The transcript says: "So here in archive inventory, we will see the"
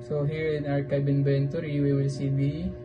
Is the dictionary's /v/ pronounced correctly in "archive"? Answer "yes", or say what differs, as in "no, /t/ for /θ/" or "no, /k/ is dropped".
no, /b/ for /v/